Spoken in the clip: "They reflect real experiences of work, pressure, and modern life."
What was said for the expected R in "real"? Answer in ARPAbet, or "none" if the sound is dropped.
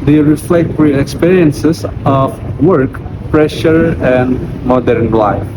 W